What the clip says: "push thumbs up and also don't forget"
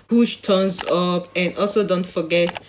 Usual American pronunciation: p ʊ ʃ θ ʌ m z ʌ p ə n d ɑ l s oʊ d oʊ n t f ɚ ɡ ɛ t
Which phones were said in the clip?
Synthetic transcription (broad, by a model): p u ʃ t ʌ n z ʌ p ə n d ɑ l s oʊ d oʊ n t f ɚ ɡ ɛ t